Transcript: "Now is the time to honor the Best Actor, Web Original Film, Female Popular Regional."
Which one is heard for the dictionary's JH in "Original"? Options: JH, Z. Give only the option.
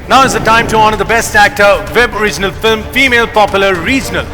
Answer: JH